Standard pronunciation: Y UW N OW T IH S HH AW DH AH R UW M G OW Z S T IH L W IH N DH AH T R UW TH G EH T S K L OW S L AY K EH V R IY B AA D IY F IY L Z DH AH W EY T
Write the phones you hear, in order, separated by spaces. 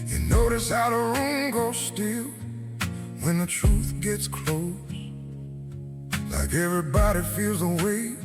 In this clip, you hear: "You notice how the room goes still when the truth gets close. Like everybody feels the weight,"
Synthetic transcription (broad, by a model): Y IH N OW T IH S HH AW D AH R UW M G OW S T IH L W IH N DH AH T R UW TH G EH T S K L OW S L AY K EH V R IY B AA D IY F IY L Z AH W EY